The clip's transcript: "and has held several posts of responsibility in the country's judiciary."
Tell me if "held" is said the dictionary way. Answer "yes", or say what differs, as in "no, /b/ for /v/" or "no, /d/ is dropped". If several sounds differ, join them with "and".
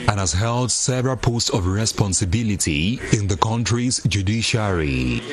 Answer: yes